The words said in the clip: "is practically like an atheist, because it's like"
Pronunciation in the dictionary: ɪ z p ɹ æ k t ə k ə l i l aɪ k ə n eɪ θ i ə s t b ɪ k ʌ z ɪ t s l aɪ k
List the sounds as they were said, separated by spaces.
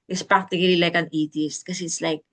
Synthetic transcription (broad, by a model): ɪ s p ɹ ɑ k t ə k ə l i l aɪ k ə n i t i s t k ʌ s ɪ t s l aɪ k